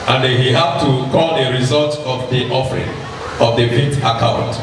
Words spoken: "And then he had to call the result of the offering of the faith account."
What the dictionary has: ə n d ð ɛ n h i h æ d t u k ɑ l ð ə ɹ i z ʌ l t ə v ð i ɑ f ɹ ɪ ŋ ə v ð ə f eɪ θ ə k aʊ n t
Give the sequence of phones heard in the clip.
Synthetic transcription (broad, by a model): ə n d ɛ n h i h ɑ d t u k ɑ l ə ɹ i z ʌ l t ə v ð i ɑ f ɹ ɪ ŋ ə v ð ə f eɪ t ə k aʊ n t